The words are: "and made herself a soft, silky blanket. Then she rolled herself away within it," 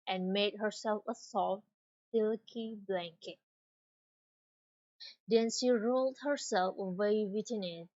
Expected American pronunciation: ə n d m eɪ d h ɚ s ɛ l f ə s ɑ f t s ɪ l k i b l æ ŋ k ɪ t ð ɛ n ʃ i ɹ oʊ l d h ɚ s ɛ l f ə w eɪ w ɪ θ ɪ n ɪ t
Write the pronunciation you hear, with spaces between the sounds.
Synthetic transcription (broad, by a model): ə n m eɪ d h ɚ s ɛ l f ə s ɑ f t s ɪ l k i b l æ ŋ k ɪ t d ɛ n ʃ i ɹ oʊ l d h ɚ s ɛ l f ə w eɪ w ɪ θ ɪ n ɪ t